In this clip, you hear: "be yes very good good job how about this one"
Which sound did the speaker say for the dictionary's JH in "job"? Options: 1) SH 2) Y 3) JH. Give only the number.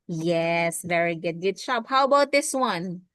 1